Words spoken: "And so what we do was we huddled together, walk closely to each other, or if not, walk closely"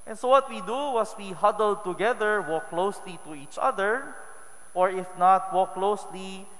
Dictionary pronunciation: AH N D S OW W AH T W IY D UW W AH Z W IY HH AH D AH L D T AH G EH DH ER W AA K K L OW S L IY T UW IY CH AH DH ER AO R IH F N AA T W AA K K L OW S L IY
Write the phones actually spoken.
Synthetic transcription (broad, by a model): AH N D S OW W AH T W IY D UW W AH S W IY HH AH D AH L D T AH G EH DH ER W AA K K L OW S L IY T UW IY CH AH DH ER AO R IH F N AA T W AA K K L OW S L IY